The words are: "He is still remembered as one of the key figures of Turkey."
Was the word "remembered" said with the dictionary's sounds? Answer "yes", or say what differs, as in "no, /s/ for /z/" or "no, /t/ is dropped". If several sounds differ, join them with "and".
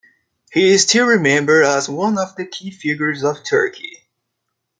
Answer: no, /d/ is dropped